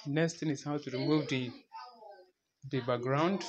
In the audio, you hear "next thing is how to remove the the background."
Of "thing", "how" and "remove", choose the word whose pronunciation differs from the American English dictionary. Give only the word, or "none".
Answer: thing